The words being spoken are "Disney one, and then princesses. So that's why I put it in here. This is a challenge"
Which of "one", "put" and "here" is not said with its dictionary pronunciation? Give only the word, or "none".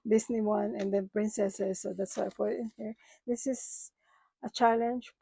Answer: put